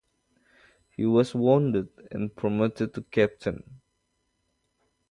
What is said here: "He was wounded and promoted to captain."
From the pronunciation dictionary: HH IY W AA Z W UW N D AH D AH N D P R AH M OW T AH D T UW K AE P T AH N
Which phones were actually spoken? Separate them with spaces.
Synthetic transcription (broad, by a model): HH IY W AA S W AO N D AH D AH N P R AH M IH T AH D T UW K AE P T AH N